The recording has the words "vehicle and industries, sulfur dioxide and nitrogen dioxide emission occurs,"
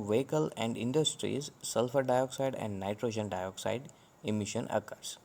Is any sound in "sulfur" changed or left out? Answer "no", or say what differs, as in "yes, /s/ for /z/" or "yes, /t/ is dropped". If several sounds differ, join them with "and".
no